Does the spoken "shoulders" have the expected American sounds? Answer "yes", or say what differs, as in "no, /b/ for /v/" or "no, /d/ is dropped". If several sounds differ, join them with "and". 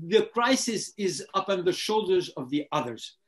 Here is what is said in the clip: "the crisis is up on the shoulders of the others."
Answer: yes